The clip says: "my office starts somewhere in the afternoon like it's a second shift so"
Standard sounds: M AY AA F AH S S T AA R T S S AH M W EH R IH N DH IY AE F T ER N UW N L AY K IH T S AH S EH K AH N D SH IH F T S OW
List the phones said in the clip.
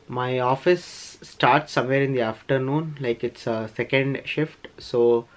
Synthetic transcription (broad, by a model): M AY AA F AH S S T AA R T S S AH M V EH R IH N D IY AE F T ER N UW N L AY K IH T S AH S EH K AH N D SH IH F T S OW